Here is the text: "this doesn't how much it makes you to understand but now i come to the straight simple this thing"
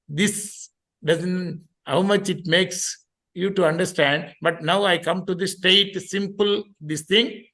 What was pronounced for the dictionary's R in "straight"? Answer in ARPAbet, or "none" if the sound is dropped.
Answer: none